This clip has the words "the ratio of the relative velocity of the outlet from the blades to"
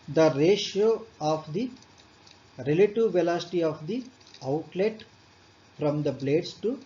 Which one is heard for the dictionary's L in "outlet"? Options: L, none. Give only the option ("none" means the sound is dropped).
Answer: L